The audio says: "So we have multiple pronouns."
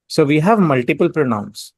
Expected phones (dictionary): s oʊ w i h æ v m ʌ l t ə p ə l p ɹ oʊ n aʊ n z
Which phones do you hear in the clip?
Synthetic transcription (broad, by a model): s oʊ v i h æ v m ʌ l t ə p ə l p ɹ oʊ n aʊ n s